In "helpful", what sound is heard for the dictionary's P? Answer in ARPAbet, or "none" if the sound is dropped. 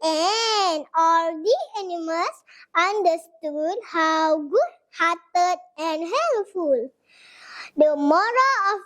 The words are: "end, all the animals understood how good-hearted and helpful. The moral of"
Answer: none